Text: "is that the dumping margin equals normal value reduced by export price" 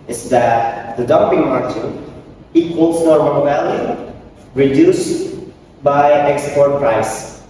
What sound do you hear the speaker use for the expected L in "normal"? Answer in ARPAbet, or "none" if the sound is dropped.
N